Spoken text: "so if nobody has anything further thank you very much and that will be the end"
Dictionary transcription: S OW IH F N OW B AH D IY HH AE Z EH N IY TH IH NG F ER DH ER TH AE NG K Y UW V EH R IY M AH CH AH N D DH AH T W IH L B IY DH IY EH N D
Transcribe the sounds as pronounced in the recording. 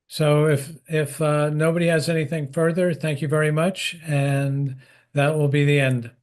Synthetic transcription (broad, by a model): S OW IH F N OW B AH D IY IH Z EH N IY TH IH NG F ER DH ER TH AE NG K Y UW V EH R IY M AH CH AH N DH AH T W IH L B IY DH IY EH N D